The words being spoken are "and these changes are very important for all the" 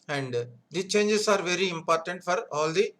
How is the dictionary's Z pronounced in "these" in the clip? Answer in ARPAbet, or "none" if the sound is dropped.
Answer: none